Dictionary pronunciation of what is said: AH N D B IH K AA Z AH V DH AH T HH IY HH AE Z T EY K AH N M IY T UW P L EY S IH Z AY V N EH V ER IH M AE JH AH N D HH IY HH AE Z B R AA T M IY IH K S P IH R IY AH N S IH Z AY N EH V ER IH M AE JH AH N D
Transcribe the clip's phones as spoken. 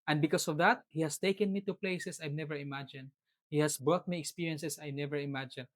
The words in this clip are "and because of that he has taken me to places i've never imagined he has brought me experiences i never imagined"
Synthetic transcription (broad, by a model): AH N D B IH K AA S AH V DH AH T HH IY HH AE S T EY K AH N M IY T UW P L EY S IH S AY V N EH V ER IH M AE JH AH N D HH IY HH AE S B R AA T M IY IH K S P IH R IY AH N S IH S AY N EH V ER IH M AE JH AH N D